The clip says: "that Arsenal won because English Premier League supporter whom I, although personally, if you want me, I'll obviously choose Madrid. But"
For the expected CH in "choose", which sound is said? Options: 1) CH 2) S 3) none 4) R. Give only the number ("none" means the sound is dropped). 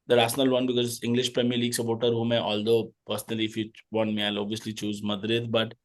1